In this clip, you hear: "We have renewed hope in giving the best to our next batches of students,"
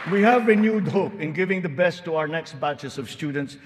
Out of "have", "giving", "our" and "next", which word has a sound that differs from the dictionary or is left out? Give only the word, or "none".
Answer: none